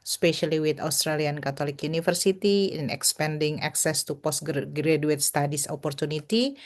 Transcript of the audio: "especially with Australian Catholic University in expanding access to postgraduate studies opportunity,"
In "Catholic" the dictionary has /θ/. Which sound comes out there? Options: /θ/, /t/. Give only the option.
/t/